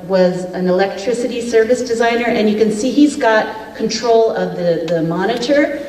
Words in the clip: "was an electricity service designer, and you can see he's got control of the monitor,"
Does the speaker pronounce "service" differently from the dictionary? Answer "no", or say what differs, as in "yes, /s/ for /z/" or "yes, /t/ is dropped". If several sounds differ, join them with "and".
no